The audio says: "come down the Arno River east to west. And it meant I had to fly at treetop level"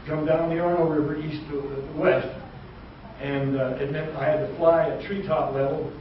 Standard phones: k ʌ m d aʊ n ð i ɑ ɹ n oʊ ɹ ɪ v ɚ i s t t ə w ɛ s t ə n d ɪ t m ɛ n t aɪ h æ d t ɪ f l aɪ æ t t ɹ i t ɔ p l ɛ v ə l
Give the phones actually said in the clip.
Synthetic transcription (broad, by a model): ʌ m d aʊ n ð i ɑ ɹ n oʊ ɹ ɪ v ɚ i s t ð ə w ɛ s t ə n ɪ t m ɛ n aɪ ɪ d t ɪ f l aɪ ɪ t t ɹ i t ɔ p l ɛ v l